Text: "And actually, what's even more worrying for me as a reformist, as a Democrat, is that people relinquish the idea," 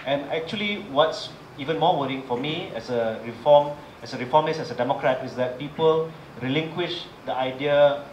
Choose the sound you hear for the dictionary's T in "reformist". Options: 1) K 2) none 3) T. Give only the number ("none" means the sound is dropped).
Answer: 2